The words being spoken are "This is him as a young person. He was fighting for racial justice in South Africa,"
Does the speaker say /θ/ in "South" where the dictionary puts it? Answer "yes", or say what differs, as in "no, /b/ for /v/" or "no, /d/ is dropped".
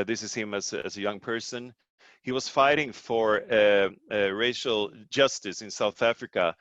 yes